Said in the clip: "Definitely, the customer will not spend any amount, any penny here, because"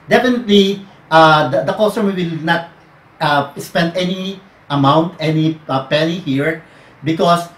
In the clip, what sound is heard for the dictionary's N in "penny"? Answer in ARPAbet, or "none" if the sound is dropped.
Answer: L